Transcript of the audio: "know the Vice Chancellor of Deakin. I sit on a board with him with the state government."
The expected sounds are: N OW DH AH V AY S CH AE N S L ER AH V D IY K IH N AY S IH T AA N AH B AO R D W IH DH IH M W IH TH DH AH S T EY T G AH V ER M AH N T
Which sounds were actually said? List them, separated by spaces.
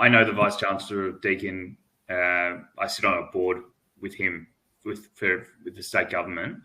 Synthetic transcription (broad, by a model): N OW DH AH V AY S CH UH N S L ER AH V D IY K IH N AY S IH T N AH B AO R D W IH DH IH M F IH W DH AH S T EY T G AH V ER M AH N T